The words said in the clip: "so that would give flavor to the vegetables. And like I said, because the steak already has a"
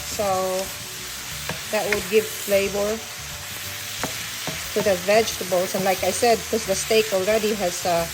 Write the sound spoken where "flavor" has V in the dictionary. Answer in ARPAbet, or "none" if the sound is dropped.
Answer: B